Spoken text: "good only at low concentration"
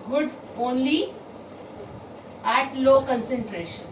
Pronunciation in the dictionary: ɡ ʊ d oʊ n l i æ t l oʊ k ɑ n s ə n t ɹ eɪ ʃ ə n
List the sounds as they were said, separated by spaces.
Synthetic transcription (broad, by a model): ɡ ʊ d oʊ n l i æ t l oʊ k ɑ n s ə n t ɹ eɪ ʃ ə n